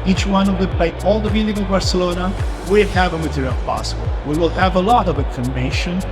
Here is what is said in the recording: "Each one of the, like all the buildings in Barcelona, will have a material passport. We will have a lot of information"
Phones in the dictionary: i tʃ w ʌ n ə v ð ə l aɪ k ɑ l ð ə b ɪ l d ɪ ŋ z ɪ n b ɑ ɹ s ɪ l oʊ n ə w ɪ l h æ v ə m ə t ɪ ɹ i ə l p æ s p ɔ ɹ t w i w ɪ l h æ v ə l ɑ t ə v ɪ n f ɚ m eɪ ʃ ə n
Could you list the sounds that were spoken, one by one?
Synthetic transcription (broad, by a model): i tʃ w ʌ n ə v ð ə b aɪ ɑ l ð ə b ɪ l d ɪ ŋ ɪ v b ɑ ɹ s ɪ l oʊ n ə w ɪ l h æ v ə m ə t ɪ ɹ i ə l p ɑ s b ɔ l w i w ɪ l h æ v ə l ɑ t ə v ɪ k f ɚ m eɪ ʃ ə n